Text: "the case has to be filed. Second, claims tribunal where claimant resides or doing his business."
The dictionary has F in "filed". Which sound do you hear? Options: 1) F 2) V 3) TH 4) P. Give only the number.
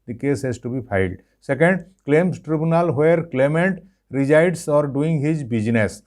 4